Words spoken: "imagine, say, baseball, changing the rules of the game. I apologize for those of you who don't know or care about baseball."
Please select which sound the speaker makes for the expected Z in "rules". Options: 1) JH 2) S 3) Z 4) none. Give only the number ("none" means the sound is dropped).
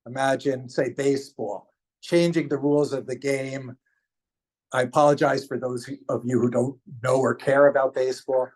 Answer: 3